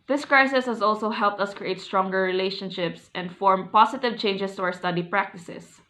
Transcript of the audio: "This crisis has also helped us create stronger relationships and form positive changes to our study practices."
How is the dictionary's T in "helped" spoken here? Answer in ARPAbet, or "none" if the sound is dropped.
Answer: T